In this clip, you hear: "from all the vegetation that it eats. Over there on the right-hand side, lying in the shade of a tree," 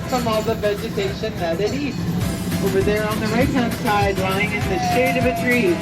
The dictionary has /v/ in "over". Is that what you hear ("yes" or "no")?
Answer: no